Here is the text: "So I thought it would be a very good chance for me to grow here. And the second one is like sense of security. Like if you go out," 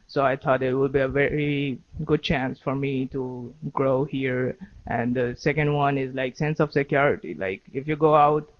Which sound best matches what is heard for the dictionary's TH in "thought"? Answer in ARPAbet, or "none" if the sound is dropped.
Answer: T